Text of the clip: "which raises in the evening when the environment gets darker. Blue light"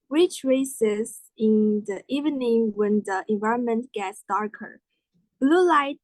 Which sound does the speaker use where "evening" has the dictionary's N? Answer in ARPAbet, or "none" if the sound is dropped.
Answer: N